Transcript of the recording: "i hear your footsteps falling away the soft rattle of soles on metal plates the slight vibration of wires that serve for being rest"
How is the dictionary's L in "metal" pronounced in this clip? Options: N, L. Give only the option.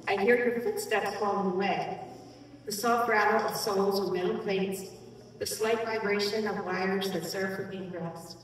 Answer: N